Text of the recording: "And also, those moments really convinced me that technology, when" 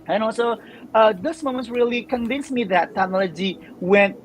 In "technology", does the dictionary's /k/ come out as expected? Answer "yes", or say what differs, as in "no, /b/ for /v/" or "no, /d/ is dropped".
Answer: no, /k/ is dropped